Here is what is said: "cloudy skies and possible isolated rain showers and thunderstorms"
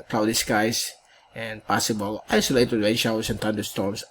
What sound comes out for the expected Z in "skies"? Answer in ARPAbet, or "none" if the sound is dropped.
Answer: S